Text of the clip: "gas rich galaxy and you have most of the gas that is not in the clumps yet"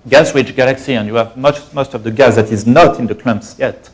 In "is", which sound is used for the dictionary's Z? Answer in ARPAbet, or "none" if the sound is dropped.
Z